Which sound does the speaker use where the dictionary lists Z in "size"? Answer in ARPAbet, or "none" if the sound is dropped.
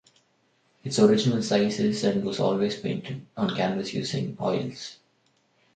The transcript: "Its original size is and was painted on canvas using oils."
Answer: S